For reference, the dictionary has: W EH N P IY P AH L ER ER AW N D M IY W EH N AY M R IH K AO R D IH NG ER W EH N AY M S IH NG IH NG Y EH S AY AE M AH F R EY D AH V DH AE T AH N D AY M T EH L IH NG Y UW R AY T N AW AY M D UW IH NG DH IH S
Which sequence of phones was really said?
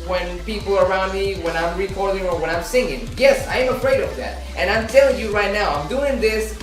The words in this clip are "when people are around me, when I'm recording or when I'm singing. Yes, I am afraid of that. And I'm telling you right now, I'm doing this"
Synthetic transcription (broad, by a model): W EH N P IY P L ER ER AW N D M IY W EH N AY M R IH K AO R D IH NG ER W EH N AY M S IH NG IH NG Y EH S AY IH M AH F R EY D AH V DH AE T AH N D AY M T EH L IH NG Y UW R AY T N AW AY M D UW IH NG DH IH S